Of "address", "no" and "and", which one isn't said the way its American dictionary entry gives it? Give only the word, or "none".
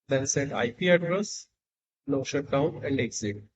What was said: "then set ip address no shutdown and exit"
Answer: no